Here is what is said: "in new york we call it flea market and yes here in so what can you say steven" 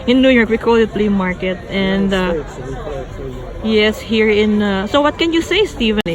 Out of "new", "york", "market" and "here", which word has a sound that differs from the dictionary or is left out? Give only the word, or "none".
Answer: none